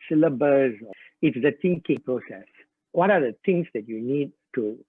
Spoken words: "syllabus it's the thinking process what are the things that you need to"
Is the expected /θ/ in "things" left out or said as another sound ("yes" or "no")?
yes